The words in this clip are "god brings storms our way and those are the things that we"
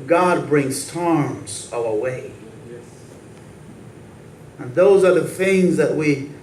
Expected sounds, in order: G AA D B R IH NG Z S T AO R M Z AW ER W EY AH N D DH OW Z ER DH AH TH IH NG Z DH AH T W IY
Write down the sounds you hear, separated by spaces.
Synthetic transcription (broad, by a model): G AA D B R IH NG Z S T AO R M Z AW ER W EY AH N DH OW Z ER DH AH TH IH NG Z DH AH T W IY